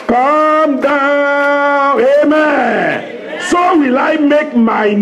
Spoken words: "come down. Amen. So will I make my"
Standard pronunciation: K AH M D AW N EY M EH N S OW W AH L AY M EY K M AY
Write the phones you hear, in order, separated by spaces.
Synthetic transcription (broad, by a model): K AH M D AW EY M EH N S OW W AH L AY M EY K M AY